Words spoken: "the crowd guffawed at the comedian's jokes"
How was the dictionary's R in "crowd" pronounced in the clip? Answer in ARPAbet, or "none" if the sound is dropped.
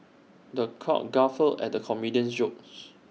none